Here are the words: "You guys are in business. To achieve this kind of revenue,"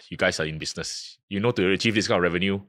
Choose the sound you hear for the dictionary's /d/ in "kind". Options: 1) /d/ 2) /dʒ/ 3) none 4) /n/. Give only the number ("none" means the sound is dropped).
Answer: 3